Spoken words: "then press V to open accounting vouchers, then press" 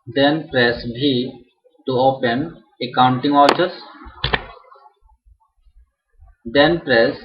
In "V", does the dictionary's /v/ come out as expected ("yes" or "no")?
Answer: no